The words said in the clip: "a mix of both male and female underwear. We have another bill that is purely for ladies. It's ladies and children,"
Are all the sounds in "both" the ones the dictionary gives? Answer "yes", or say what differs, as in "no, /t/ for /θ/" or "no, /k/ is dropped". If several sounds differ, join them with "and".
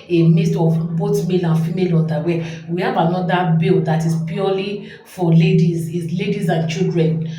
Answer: no, /t/ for /θ/